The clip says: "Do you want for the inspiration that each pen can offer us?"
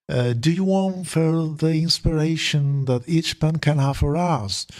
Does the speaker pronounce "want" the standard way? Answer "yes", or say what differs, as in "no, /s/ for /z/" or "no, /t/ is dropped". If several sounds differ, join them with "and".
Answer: yes